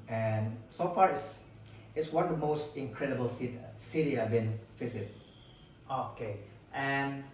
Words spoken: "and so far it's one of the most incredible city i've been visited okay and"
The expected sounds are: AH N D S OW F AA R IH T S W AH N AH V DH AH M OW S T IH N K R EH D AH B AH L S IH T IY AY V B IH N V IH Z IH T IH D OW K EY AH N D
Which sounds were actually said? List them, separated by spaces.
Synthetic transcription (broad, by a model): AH N S OW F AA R IH T S W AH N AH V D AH M OW S T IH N K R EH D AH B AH L S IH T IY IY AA B IH N F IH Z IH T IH OW K EY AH N